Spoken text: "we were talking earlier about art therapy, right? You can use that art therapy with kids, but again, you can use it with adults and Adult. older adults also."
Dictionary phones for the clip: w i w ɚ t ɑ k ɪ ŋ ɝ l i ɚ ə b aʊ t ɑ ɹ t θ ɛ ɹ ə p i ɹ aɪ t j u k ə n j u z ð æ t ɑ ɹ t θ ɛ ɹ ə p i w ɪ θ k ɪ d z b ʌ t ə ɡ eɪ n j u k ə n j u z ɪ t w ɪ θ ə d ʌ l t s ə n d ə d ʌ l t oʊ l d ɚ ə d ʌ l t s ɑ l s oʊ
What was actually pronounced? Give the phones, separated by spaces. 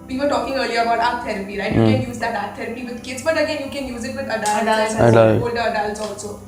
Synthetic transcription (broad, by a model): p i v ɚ t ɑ k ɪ ŋ ɝ l i ɚ ə b aʊ t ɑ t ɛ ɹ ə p i ɹ aɪ t j u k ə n j u z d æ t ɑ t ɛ ɹ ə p i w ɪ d k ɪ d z b ʌ t ə ɡ eɪ n j u k ə n j u z ɪ t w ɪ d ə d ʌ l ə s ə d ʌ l oʊ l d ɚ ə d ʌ l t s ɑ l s oʊ